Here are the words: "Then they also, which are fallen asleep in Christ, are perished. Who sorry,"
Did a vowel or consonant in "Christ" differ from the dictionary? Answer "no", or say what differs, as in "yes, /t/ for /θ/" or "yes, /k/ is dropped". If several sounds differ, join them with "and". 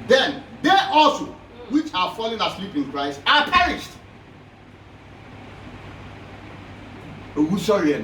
no